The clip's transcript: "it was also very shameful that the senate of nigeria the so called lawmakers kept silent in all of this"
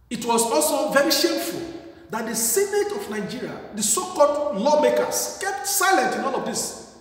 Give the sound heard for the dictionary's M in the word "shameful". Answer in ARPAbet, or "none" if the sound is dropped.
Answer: M